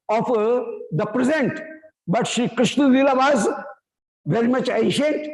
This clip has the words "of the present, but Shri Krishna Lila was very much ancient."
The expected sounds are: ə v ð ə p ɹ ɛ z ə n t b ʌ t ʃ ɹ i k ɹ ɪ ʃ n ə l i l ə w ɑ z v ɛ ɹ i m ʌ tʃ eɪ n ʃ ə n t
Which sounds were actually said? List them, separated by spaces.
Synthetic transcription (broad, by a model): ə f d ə p ɹ ɛ z ə n t b ʌ t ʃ i k ɹ ɪ ʃ n ə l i l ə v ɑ z v ɛ ɹ i m ʌ tʃ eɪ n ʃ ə n t